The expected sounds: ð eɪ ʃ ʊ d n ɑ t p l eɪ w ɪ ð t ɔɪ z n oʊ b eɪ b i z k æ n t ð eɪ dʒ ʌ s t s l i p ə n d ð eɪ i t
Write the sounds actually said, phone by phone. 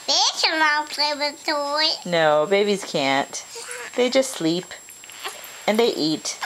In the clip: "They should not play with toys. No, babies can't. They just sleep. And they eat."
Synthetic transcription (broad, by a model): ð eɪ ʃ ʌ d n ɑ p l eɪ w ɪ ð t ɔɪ n oʊ b eɪ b i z k æ n t ð eɪ dʒ ʌ s t s l i p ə n ð eɪ i t